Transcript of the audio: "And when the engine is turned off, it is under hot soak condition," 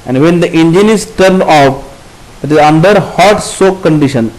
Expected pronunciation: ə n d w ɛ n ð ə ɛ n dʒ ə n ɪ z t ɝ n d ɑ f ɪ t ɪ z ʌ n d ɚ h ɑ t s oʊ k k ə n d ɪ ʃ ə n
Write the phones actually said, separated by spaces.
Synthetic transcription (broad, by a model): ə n d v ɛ n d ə ɛ n dʒ ə n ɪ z t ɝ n ɑ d ɪ t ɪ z ʌ n d ɚ h ɑ t s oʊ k k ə n d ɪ ʃ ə n